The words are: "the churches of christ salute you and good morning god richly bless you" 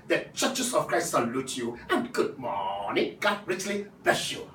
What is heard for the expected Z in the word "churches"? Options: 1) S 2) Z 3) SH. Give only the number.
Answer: 1